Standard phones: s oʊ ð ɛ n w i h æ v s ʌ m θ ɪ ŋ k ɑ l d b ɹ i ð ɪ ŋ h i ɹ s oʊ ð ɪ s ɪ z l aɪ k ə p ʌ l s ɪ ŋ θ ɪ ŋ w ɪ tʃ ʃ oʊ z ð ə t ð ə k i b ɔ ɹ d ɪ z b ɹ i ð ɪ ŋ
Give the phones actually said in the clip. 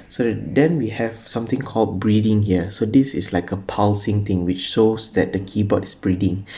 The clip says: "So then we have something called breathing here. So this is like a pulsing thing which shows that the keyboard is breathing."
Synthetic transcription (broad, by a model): s oʊ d ɛ n w i h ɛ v s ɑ m t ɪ ŋ k ɑ l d b ɹ i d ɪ ŋ h i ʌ s oʊ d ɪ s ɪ s l aɪ k ə p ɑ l s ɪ ŋ t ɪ ŋ w ɪ tʃ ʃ oʊ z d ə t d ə k i b ɔ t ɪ s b ɹ i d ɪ ŋ